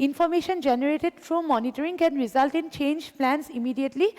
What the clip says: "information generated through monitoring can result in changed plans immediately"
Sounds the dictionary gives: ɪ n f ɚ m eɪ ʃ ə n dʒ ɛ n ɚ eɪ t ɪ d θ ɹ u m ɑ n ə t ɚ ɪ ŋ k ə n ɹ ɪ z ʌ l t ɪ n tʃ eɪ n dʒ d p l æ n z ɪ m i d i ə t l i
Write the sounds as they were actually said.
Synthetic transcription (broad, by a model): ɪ n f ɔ m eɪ ʃ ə n dʒ ɛ n ɚ eɪ t ɪ d f ɹ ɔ m ɑ n ə t ɚ ɪ ŋ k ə n ɹ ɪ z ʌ l t ɪ n tʃ eɪ n dʒ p l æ n s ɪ m i d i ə t l i